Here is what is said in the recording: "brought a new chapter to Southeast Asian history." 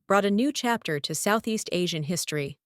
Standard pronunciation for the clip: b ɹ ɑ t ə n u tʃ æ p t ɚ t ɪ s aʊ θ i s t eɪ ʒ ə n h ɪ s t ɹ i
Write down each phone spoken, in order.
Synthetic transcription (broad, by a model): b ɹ ɑ t ə n u tʃ æ p t ɚ t ɪ s aʊ θ i s t eɪ ʒ ə n h ɪ s t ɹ i